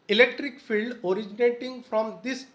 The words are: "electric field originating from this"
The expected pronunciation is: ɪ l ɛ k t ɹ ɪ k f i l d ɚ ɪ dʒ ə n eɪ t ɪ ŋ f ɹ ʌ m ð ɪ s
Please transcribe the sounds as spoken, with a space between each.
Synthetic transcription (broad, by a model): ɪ l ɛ k t ɹ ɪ k f i l d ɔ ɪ dʒ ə n eɪ t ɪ ŋ f ɹ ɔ m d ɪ s